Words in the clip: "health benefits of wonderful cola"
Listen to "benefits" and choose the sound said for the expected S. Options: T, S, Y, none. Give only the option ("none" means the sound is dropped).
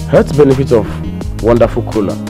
none